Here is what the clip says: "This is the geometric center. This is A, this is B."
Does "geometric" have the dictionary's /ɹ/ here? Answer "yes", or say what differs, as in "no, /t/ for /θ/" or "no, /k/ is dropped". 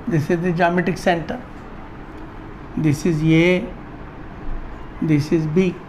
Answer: no, /ɹ/ is dropped